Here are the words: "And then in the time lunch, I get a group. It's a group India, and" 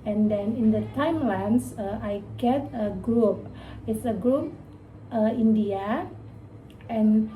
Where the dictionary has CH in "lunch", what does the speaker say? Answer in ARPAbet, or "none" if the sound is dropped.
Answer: S